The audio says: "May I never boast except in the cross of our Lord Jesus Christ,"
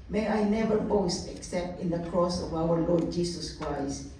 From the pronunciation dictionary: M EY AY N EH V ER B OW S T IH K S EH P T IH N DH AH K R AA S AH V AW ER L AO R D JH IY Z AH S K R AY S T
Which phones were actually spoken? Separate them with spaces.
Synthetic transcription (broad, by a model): M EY AY N EH V ER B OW S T IH K S EH P T IH N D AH K R AA S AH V AW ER L AO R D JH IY S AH S K R AY S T